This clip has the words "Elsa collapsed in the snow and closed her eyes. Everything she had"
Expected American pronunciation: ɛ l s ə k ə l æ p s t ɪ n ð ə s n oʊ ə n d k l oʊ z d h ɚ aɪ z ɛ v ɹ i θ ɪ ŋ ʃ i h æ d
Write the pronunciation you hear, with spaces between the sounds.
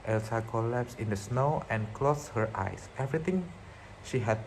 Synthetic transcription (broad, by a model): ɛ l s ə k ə l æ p s ɪ n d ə s n oʊ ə n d k l oʊ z h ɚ aɪ s ɛ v ɹ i t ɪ ŋ ʃ i h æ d